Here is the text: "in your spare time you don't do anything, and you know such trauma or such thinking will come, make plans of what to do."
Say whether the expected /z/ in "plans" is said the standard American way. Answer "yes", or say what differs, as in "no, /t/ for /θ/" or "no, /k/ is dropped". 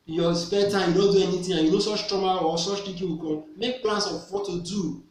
no, /s/ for /z/